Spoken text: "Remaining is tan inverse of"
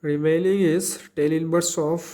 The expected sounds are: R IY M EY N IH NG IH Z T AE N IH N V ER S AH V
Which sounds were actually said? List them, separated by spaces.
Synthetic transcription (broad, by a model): R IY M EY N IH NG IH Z T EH L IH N B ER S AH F